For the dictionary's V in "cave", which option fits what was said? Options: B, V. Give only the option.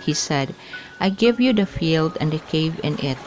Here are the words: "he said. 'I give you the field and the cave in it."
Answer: V